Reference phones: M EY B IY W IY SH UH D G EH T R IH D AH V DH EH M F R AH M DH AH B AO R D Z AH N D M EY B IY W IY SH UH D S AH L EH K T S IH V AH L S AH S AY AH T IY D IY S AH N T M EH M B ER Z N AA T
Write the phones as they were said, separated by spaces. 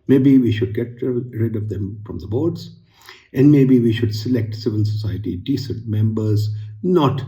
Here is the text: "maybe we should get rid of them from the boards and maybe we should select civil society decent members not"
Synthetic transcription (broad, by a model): M EY B IY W IY SH UH D G EH T R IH D AH V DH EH M F R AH M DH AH B AO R D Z AH N D M EY B IY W IY SH UH D S AH L EH K T S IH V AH N S AH S AY AH T IY D IY S AH N T M EH M B ER Z N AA T